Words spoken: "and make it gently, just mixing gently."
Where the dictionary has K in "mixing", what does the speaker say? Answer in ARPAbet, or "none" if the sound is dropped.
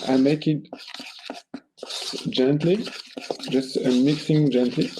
K